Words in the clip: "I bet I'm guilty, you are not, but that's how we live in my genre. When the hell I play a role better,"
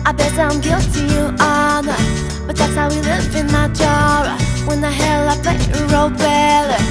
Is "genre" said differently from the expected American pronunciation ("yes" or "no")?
yes